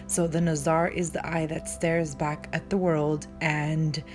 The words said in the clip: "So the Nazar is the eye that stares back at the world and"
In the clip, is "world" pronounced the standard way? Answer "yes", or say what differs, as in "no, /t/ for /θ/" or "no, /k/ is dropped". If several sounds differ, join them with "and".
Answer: yes